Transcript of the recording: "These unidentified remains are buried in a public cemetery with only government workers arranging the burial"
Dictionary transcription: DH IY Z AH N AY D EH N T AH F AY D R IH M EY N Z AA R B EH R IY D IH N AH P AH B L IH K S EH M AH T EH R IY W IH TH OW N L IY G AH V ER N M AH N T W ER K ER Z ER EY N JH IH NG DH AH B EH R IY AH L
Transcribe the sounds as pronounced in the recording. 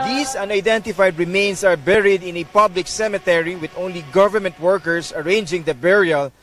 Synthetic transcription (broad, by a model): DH IY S AH N AY D EH N T AH F AY D R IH M EY N S AA R B EH R IY D IH N AH P AH B L IH K S EH M AH T EH R IY W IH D OW N L IY G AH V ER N M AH N T W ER K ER S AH EY N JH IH NG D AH B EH R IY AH L